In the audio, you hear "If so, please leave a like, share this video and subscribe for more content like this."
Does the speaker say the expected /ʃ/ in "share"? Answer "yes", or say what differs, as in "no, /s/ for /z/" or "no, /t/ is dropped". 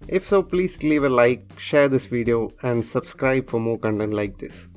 yes